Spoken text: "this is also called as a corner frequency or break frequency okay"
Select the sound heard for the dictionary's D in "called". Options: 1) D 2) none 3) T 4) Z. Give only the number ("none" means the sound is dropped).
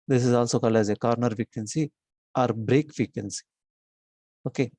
2